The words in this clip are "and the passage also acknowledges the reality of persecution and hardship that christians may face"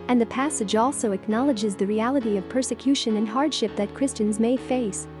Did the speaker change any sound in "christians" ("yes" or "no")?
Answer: no